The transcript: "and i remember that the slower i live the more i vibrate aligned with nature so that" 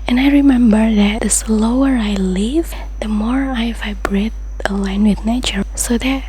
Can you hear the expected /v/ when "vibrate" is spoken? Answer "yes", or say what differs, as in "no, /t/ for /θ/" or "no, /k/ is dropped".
yes